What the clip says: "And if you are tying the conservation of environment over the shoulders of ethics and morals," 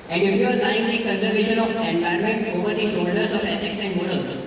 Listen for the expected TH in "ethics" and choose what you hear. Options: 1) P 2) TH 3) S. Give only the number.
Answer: 3